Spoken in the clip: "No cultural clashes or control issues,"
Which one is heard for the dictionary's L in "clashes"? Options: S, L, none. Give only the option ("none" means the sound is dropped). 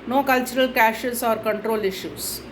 none